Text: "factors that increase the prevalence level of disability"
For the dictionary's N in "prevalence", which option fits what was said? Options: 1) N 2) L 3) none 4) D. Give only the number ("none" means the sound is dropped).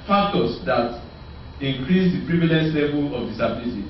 3